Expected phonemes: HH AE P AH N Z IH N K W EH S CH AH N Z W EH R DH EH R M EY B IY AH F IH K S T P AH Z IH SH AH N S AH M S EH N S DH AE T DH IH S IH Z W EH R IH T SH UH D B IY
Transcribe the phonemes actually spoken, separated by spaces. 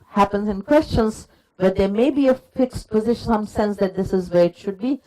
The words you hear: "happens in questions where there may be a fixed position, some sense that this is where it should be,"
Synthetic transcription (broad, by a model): HH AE P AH N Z IH N K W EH S CH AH N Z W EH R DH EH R M EY B IY AH F IH K S T P AH Z IH SH AH N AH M S EH N S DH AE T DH IH S IH Z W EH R IH T SH UH D B IY